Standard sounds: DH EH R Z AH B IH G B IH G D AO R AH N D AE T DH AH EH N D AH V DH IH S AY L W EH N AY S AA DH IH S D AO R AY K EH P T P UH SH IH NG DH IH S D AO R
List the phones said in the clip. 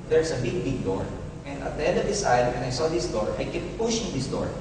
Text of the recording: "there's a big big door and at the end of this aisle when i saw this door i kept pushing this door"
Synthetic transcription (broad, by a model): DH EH R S AH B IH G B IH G D AO R AH N D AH T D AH EH N D AH V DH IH S AY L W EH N AY S AA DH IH S D AO R AY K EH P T P UH SH IH NG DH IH S D AO R